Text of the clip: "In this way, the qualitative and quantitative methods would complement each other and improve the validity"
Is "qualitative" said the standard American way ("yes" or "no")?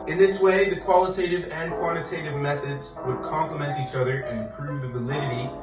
yes